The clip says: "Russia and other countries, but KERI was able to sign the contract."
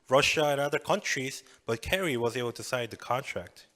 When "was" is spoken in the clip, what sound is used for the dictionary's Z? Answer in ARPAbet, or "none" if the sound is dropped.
Z